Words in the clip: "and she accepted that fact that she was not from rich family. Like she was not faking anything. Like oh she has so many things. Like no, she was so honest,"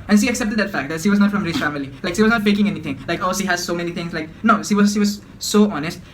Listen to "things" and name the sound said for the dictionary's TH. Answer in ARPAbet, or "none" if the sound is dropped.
T